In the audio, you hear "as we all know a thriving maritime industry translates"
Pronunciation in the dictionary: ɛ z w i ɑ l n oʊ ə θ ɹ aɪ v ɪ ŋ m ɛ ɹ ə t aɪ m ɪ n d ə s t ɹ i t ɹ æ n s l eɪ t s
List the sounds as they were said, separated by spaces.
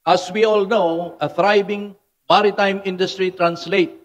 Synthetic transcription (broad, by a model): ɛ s w i ɑ l n oʊ ə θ ɹ aɪ b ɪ ŋ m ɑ ɹ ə t aɪ m ɪ n d ə s t ɹ i t ɹ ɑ n s l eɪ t